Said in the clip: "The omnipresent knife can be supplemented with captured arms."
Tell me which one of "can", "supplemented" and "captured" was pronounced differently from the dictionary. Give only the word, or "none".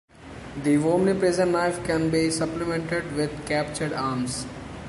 none